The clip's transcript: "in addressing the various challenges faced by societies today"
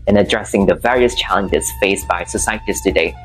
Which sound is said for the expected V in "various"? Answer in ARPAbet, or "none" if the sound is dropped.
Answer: V